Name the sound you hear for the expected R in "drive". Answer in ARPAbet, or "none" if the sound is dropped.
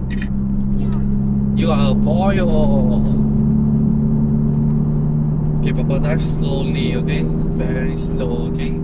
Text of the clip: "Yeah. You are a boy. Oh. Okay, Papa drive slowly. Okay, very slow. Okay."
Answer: none